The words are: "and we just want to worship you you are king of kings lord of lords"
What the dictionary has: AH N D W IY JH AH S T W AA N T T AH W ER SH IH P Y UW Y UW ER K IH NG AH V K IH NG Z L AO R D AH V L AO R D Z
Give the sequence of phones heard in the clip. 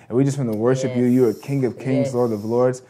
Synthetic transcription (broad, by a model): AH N W IY JH AH S T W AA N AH W ER SH IH P Y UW Y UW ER K IH NG AH V K IH NG Z L AO R D AH V L AO R D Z